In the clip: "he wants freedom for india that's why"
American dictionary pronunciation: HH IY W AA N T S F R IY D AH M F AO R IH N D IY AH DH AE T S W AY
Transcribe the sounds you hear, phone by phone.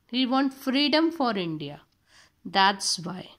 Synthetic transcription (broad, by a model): HH IY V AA N T F R IY D AH M F AO R IH N D IY AH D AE T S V AY